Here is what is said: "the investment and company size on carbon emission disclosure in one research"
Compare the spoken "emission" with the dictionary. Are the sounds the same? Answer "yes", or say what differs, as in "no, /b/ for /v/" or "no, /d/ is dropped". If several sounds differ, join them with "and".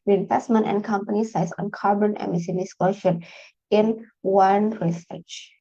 no, /s/ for /ʃ/